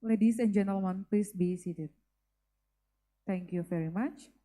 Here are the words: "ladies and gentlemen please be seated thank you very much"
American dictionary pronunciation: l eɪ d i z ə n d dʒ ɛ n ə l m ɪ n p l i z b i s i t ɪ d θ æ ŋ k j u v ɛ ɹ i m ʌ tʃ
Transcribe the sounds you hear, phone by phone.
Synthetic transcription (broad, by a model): l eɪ d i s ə n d dʒ ɛ n ə l m ɪ n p l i s b i s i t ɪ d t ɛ ŋ k j u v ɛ ɹ i m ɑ tʃ